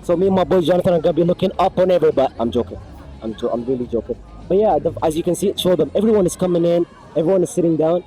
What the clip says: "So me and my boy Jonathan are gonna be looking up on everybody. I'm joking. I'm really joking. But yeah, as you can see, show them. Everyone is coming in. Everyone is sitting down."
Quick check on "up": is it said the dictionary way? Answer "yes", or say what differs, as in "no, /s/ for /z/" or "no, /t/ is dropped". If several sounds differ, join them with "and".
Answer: yes